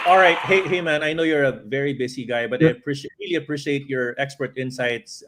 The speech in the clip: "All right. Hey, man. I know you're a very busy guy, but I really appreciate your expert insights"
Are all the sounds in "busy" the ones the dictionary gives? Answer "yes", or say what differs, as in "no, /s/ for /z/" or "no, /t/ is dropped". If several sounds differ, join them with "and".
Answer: no, /s/ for /z/